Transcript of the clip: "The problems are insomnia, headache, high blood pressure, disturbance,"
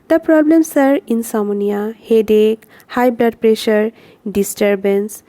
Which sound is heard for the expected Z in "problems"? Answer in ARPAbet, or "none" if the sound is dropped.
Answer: S